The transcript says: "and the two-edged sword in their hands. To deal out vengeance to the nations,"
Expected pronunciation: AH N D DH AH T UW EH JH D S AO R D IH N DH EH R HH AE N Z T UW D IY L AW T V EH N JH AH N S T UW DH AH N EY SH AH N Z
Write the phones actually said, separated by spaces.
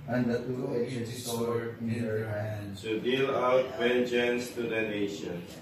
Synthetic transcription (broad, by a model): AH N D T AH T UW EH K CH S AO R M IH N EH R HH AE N T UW D IY L AW T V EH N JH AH N S T UW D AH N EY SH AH N